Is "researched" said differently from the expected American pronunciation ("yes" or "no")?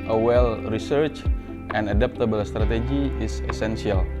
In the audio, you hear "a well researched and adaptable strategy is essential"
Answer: no